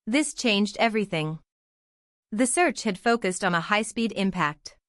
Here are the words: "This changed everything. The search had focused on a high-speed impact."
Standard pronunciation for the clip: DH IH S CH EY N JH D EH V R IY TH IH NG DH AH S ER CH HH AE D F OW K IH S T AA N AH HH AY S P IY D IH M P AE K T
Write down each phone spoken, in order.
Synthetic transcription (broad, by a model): DH IH S CH EY N JH D EH V R IY TH IH NG DH AH S ER CH HH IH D F OW K IH S T N AH HH AY S P IY D IH M P AE K T